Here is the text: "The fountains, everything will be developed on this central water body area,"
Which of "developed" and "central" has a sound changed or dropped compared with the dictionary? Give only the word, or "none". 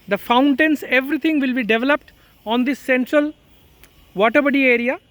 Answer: none